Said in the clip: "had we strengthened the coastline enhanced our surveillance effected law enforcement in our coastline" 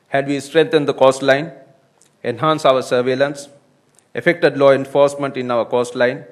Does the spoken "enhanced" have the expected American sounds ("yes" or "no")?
no